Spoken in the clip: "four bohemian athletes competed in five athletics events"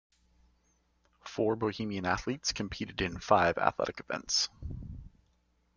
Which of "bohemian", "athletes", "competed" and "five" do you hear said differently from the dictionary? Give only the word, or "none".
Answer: none